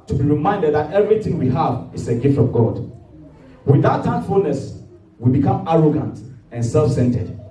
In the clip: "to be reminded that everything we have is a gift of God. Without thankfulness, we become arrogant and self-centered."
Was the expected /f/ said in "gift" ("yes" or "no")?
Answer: yes